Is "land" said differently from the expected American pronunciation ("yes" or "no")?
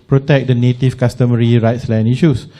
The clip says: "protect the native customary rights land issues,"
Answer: yes